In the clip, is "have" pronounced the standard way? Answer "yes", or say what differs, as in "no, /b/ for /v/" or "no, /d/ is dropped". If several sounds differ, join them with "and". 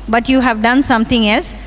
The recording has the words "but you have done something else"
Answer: yes